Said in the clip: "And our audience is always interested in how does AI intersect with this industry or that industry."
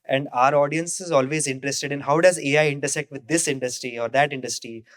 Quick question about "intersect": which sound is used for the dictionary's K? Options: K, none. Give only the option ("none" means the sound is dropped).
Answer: K